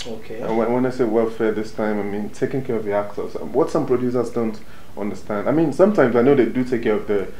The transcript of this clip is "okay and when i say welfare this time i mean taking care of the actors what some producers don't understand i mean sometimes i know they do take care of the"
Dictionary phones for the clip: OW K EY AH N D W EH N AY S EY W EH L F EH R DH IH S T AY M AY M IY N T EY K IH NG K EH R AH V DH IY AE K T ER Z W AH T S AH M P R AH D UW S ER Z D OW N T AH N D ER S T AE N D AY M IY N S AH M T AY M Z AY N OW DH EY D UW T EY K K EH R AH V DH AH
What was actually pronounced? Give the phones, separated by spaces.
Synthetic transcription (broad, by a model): OW K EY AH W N W EH N AY S EY W EH L F EH R DH IH S T AY M AY M IY N T EY K IH NG K EH R AH V DH IY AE K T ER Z W AH T S AH M P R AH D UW S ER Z D OW N T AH N D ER S T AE N D AY M IY N S AH M T AY M Z AY N OW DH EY D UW T EY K K EH R AH V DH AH